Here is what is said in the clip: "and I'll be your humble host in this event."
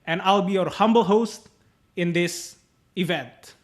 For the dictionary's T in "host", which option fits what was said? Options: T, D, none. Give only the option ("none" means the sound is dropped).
T